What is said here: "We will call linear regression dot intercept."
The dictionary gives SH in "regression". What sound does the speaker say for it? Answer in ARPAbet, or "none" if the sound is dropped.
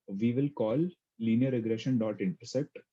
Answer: SH